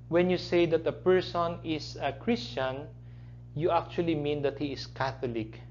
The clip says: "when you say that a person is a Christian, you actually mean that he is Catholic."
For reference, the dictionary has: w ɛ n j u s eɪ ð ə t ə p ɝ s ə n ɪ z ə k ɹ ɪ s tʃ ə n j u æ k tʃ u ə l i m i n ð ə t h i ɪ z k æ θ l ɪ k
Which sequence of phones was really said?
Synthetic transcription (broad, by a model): w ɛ n j u s eɪ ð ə t ə p ɝ s ə n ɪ s ə k ɹ ɪ s tʃ ə n j u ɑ k tʃ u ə l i m i n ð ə t h i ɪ s k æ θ l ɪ k